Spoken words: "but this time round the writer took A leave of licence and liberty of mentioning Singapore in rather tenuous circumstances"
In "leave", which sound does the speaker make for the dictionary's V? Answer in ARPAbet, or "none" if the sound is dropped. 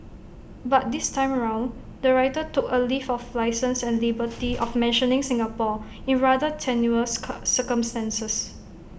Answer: F